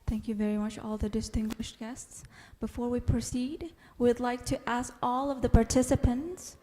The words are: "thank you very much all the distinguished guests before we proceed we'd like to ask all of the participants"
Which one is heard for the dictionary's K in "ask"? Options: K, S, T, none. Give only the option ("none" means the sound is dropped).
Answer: K